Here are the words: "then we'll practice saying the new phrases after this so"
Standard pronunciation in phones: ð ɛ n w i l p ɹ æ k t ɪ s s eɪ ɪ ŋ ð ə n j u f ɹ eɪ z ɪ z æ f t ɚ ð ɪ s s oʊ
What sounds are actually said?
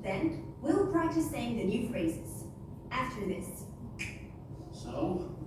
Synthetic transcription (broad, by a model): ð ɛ n w i l p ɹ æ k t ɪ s s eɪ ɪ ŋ ð ə n j u f ɹ eɪ z ɪ z æ f t ɚ ð ɪ s s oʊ